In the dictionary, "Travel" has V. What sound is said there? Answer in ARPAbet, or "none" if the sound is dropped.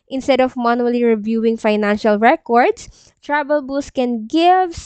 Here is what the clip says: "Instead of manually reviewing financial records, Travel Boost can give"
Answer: B